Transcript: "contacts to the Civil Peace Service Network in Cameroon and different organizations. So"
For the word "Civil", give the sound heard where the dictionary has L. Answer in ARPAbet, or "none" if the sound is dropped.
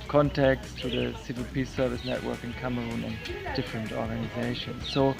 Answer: L